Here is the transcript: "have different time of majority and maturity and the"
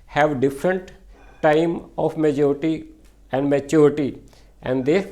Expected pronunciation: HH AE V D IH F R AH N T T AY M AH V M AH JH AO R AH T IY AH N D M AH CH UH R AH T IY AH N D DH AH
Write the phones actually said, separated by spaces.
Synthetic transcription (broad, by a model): HH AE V D IH F R AH N T T AY M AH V M AH JH AO R AH T IY AH N D M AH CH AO R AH T IY AH N D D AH